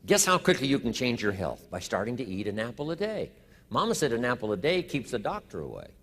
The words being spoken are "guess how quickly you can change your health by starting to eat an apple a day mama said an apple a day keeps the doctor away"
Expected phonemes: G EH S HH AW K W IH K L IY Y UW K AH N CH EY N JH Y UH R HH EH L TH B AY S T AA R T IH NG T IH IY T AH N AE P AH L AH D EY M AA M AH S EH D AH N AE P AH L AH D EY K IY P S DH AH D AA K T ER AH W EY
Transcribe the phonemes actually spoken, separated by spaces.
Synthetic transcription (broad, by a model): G EH S HH AW K W IH K L IY Y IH K N CH EY N JH Y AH R HH EH L TH B AY S T AA R T IH NG T IH IY T AH N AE P L AH D EY M AA M AH S EH D AH N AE P L AH D EY K IY P S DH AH D AA K T ER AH W EY